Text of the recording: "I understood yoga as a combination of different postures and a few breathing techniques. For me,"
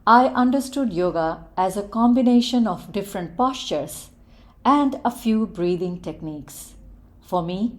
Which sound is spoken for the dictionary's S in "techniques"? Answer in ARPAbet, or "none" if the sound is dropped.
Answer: S